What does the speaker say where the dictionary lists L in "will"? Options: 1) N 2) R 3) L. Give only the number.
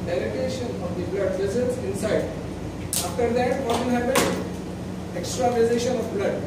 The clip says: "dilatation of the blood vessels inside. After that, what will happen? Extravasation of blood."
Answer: 1